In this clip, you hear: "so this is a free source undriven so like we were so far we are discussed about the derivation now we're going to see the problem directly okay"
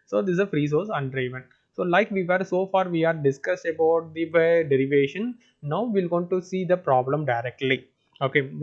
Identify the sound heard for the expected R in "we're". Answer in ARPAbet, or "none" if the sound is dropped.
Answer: L